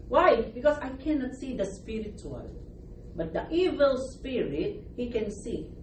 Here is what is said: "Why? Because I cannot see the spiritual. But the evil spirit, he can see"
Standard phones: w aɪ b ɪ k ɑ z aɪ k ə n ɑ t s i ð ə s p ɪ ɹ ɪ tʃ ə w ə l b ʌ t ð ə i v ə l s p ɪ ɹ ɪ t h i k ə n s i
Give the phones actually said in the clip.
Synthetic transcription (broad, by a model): w aɪ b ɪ k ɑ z aɪ k ə n ɑ t s i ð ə s p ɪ ɹ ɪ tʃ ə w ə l b ʌ t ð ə i v ə l s p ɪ ɹ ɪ t h i k ə n s i